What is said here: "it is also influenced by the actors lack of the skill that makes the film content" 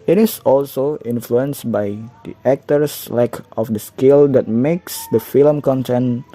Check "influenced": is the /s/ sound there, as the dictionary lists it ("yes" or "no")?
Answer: yes